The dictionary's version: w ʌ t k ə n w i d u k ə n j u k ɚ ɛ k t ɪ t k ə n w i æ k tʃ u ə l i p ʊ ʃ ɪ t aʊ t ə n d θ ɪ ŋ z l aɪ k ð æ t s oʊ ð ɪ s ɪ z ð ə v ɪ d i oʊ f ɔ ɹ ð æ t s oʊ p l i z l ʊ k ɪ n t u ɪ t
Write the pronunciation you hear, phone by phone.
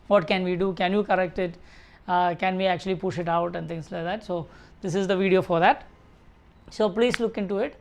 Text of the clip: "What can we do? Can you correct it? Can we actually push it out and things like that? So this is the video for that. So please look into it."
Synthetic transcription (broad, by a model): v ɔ t k ə n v i d u k ə n j u k ɚ ɛ k t ɪ t k ə n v i æ k tʃ u ə l i p ʊ ʃ ɪ t aʊ t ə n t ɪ ŋ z l aɪ k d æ t s oʊ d ɪ s ɪ z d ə v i d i oʊ f ɔ ɹ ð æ t s oʊ p l i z l ʊ k ɪ n t u ɪ t